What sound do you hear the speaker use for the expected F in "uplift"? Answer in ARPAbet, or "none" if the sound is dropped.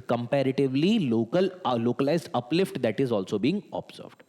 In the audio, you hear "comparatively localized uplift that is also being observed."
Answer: F